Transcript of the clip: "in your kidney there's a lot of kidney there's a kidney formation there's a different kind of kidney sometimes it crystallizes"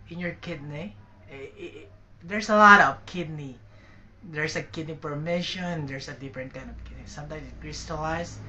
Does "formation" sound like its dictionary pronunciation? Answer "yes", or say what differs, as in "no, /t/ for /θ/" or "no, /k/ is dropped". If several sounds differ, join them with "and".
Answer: no, /p/ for /f/